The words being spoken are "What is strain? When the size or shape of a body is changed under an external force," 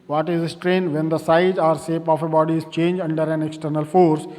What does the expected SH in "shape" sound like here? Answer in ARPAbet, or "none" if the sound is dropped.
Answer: S